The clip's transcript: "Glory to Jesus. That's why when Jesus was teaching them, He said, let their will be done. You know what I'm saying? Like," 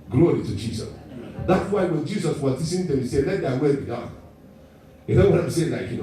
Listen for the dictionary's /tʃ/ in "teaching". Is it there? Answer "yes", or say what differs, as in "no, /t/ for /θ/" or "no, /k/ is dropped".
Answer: no, /s/ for /tʃ/